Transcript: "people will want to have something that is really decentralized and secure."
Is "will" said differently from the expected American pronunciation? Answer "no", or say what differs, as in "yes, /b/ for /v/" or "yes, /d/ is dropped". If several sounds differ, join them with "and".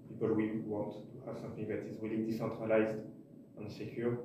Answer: yes, /w/ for /l/